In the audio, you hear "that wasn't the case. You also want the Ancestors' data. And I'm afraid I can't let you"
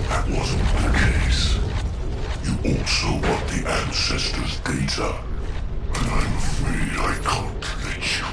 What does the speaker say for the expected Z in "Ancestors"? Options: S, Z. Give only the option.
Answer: Z